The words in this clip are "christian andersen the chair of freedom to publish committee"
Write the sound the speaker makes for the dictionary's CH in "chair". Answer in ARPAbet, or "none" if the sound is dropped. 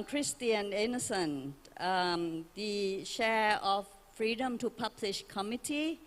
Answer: SH